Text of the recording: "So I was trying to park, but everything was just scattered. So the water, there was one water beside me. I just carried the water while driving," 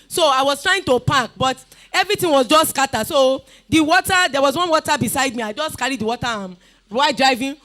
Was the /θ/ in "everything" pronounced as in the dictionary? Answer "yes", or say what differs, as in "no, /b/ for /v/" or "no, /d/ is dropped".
no, /t/ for /θ/